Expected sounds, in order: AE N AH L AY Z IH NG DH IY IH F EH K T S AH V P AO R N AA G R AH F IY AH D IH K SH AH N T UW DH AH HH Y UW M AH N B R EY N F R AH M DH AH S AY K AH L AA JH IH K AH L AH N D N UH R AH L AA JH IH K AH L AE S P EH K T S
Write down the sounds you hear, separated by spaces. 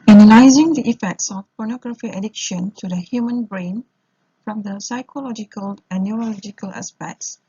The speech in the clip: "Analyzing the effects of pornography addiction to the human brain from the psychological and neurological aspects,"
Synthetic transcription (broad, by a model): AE N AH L AY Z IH NG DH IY IH F EH K T S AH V P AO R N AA G R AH F IY AH D IH K SH AH N T UW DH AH HH Y UW M AH N B R EY N F R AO M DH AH S AY K AH L AA JH IH K AH L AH N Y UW R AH L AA JH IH K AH L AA S P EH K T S